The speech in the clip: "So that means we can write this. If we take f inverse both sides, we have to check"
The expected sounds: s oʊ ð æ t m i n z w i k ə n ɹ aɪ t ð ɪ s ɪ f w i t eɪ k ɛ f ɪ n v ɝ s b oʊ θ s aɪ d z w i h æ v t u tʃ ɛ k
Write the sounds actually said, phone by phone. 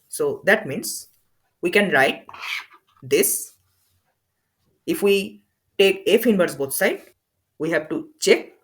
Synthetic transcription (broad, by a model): s oʊ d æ t m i n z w i k ə n ɹ aɪ t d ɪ s ɪ f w i t eɪ k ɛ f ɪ n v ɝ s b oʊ t s aɪ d w i h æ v t u tʃ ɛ k